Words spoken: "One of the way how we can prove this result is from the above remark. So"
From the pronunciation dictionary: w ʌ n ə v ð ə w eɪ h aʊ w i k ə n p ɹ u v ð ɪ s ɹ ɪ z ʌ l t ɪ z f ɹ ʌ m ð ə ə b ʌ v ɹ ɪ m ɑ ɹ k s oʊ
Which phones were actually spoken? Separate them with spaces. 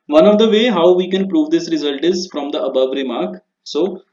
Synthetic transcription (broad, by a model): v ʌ n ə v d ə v eɪ h aʊ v i k ə n p ɹ u v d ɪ s ɹ ɪ z ʌ l t ɪ z f ɹ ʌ m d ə ə b ʌ v ɹ ɪ m ɑ ɹ k s oʊ